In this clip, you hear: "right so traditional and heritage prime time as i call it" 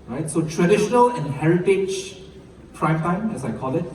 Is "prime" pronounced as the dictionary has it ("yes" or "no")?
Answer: yes